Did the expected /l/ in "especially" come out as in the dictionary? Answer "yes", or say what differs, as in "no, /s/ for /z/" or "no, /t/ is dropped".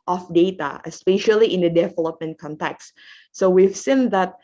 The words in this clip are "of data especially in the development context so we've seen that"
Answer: yes